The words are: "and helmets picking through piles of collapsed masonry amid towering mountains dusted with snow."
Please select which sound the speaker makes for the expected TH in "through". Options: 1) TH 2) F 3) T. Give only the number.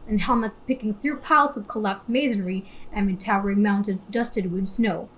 1